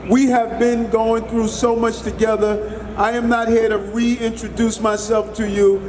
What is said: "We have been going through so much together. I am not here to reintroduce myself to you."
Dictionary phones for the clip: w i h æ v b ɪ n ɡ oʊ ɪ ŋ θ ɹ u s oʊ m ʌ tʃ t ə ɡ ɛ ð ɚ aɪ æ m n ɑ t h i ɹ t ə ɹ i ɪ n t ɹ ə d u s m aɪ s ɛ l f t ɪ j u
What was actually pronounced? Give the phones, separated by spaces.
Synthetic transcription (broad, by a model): w i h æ v b ɪ n ɡ oʊ ɪ ŋ θ ɹ u s oʊ m ʌ tʃ t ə ɡ ɛ ð ɚ aɪ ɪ m n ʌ t h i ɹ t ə ɹ i ɪ n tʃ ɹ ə d u s m aɪ s ɛ l f t ɪ j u